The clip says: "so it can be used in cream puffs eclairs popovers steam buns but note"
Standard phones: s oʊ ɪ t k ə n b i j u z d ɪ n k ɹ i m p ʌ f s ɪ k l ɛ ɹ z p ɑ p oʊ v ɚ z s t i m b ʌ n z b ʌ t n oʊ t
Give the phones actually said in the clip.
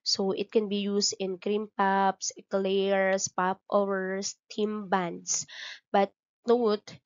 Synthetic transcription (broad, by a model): s oʊ ɪ t k ə n b i j u s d ɪ n k ɹ i m p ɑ p s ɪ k l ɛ ɹ s p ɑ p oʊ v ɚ s t i m b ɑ n s b ʌ t n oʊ t